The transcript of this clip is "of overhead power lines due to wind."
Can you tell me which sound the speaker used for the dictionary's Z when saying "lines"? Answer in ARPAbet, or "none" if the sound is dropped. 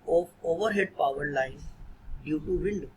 none